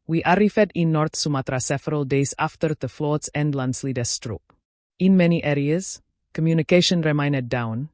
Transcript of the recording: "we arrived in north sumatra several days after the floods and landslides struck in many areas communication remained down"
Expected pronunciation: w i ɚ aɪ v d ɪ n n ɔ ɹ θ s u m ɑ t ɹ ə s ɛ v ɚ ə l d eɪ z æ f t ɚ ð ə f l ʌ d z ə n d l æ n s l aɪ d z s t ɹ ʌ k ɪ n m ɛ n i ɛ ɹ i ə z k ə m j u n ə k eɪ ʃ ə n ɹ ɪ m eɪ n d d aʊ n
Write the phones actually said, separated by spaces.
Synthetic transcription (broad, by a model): w i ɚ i f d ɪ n n ɔ ɹ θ s u m ɑ t ɹ ə s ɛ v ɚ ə l d eɪ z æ f t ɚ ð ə f l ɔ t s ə n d l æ n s l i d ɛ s t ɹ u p ɪ n m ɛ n i ɛ ɹ i ə z k ə m j u n ə k eɪ ʃ ə n ɹ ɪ m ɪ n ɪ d aʊ n